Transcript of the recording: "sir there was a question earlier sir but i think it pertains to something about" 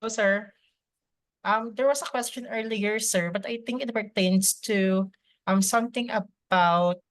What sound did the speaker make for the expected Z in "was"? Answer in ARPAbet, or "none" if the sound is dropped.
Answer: S